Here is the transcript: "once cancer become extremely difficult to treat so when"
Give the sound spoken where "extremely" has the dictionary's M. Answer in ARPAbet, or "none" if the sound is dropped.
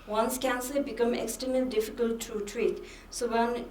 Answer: none